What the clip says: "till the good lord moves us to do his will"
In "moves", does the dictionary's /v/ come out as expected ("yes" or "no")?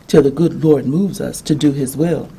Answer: yes